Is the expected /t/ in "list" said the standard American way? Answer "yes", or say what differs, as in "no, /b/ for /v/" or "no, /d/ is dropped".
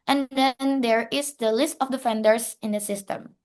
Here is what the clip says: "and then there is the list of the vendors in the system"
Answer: yes